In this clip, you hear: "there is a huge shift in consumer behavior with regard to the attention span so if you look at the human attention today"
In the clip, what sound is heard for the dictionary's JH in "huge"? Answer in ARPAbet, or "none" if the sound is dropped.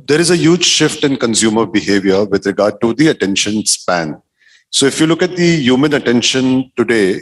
JH